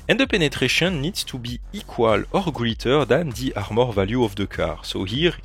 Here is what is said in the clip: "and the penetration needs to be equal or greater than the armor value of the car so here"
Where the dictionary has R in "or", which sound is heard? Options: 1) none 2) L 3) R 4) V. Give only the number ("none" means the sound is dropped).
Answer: 3